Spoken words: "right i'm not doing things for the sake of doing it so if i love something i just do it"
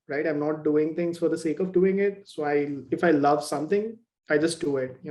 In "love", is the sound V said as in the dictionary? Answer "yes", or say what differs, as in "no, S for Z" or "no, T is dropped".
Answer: yes